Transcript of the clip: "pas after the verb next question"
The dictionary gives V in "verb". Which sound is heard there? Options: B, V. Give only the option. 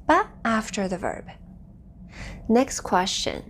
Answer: V